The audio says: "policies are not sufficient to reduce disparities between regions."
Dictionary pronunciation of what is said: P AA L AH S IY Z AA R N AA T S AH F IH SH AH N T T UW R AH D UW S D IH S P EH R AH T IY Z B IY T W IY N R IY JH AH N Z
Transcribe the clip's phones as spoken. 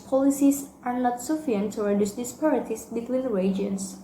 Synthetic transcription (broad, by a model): P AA L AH S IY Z AA R N AA T S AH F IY AH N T T UW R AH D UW S D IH S P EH R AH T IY S B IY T W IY N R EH JH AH N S